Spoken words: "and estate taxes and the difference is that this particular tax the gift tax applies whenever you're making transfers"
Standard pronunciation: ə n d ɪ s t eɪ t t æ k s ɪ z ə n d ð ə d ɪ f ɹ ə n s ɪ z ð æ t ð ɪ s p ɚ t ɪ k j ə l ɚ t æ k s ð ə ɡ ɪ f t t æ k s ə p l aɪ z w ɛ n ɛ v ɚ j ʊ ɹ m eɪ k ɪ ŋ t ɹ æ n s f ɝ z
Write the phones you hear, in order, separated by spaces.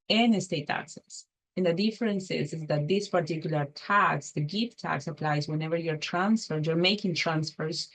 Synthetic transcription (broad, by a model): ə n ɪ s t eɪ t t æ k s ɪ s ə n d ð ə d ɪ f ɹ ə n s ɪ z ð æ t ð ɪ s p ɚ t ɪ k j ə l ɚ t æ k s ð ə ɡ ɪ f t t æ k s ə p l aɪ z w ɛ n ɛ v ɚ j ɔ ɹ m eɪ k ɪ ŋ t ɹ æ n s f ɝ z